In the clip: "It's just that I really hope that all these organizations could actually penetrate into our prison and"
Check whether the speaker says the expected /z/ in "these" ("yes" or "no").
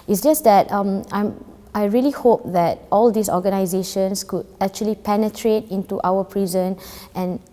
no